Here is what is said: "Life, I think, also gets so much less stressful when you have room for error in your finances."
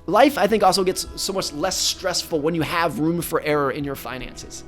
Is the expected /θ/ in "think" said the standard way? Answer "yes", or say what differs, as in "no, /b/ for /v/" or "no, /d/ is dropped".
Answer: yes